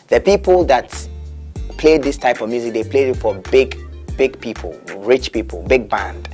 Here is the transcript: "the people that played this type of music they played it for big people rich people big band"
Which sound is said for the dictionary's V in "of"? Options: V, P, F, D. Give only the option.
V